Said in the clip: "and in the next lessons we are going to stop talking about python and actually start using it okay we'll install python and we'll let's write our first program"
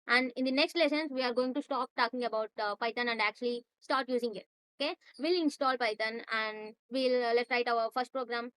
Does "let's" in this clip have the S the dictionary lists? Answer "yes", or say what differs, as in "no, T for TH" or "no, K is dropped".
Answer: no, S is dropped